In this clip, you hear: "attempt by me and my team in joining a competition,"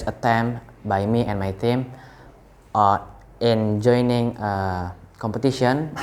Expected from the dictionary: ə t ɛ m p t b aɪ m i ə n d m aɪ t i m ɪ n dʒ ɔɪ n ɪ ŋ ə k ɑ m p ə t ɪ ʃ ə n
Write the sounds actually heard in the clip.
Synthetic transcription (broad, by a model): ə t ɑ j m b aɪ m i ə n m aɪ t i m ɪ n dʒ ɔɪ n ɪ ŋ ə k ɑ m p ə t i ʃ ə n